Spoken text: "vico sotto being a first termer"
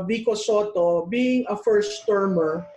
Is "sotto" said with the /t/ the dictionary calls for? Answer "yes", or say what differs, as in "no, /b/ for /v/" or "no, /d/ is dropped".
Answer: yes